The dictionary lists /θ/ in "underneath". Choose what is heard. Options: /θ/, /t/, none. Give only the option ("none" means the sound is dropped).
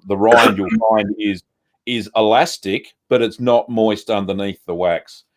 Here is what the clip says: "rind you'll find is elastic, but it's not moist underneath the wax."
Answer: /θ/